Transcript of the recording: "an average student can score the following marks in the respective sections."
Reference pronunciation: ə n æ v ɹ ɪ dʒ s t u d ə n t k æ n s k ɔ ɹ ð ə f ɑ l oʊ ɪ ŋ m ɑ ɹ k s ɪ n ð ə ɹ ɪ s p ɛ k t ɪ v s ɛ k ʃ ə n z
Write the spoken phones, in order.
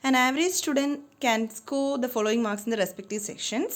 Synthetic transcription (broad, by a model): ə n æ v ɹ ɪ dʒ s t u d ə n t k æ n s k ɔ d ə f ɑ l oʊ ɪ ŋ m ɑ ɹ k s ɪ n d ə ɹ ɪ s p ɛ k t ɪ v s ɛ k ʃ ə n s